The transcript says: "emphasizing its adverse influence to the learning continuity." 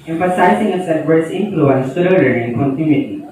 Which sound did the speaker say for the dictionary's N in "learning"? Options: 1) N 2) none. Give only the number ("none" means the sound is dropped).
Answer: 2